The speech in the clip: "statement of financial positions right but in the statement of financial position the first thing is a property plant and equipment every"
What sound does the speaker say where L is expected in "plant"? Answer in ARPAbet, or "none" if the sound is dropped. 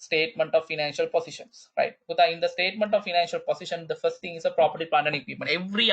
none